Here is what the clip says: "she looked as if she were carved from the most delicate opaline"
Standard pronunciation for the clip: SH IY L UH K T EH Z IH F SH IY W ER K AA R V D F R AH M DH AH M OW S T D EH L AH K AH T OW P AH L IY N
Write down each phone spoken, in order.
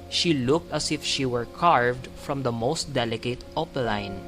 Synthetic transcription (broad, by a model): SH IY L UH K T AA S IH F SH IY W ER K AA R V D F R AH M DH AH M OW S T D EH L AH K AH T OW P L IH N